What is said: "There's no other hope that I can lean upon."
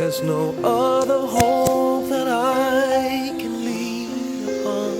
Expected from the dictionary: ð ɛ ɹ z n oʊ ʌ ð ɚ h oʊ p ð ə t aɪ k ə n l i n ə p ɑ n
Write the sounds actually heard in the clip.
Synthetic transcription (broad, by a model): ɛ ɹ z n oʊ ʌ ð ɚ h oʊ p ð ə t aɪ k ə n l i ə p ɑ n